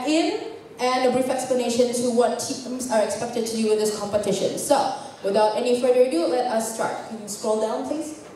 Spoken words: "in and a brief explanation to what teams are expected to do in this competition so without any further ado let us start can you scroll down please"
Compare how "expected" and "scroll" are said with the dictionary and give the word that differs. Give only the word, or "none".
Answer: none